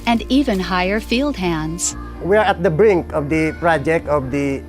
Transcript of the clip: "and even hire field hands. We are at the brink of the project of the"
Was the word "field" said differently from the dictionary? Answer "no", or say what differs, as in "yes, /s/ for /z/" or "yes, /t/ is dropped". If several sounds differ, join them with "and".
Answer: no